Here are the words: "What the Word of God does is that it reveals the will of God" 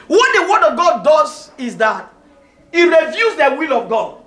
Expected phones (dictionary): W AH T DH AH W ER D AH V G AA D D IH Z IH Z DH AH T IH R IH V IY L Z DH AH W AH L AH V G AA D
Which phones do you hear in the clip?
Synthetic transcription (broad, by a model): W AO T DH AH W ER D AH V G AA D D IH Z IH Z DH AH T IH R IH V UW Z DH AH W AH L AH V G AA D